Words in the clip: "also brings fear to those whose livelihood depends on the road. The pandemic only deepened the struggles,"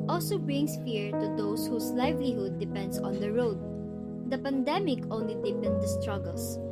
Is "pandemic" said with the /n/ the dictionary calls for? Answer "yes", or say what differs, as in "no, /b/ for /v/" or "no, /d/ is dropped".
yes